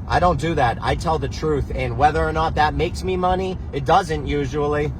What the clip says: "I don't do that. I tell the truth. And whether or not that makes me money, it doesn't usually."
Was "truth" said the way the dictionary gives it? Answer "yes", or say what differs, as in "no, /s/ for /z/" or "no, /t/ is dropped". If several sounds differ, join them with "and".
yes